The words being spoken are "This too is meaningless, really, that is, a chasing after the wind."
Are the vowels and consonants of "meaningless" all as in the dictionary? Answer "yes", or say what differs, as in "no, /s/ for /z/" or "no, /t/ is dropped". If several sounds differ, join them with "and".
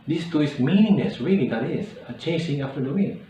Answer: no, /n/ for /l/